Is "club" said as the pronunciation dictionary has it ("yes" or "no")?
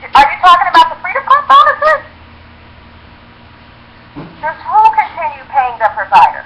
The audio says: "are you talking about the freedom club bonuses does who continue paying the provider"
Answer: no